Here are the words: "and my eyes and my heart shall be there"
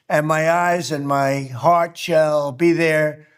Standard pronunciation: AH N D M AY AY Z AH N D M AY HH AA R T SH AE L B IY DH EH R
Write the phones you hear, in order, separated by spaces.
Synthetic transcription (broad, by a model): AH N M AY AY Z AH N M AY HH AA R T SH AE L B IY DH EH R